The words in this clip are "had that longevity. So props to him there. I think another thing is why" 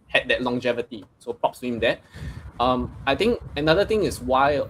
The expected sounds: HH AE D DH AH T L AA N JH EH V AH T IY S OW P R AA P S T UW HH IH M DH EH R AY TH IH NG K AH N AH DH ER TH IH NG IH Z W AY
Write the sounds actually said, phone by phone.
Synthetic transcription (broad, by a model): HH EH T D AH T L AA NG JH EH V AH T IY S OW P R AA P S T UW HH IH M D EH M AY T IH NG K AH N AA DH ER T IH NG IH S W AY